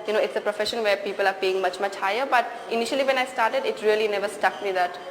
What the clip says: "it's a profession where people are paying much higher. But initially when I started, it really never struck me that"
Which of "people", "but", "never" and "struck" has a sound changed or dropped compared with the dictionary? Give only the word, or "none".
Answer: struck